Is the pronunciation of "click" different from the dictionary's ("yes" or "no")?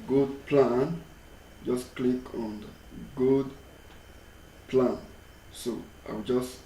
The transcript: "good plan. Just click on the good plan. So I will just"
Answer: no